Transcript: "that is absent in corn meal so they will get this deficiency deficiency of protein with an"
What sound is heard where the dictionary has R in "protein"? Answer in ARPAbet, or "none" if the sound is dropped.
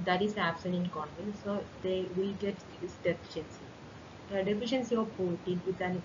none